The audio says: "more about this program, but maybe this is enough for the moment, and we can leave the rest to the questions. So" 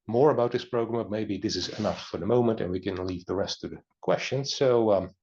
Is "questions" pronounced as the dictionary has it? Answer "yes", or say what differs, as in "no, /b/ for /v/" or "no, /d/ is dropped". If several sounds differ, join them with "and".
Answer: yes